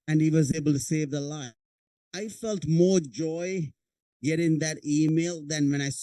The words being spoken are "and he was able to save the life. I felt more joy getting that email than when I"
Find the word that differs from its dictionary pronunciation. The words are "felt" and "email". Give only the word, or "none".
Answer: none